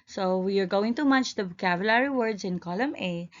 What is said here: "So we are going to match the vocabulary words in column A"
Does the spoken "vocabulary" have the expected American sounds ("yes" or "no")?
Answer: no